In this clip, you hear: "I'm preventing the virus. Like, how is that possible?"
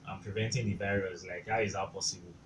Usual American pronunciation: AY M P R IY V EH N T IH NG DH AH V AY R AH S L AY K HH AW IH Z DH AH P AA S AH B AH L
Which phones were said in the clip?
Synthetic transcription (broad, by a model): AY M P R IY V EH N T IH NG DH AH B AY R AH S L AY K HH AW IH Z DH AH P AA S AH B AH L